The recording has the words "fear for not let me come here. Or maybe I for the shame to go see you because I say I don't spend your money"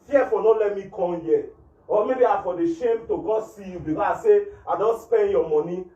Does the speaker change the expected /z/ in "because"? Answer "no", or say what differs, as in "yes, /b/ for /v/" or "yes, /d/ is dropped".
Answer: yes, /z/ is dropped